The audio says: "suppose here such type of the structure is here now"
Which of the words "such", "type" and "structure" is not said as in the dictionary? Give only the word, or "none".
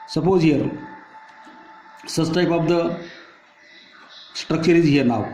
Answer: such